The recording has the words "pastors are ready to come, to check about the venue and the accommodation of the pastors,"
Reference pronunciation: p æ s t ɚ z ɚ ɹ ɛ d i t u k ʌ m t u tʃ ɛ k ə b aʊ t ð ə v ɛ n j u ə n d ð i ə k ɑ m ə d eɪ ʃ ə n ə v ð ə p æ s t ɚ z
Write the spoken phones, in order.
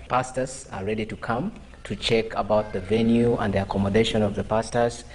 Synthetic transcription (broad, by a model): p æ s t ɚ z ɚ ɹ ɛ d i t u k ʌ m t u tʃ ɛ k ə b aʊ t ð ə v ɛ n j u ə n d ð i ə k ɑ m ə d eɪ ʃ ə n ə v ð ə p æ s t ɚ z